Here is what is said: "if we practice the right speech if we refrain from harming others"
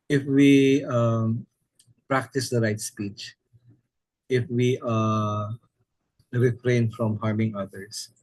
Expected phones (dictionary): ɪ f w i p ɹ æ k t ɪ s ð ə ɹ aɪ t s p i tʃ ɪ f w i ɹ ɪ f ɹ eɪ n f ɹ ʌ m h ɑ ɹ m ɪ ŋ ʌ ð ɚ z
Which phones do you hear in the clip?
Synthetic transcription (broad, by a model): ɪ f w i p ɹ æ k t ɪ s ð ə ɹ aɪ t s p i tʃ ɪ f w i ɹ ɪ f ɹ eɪ n f ɹ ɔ m h ɑ ɹ m ɪ ŋ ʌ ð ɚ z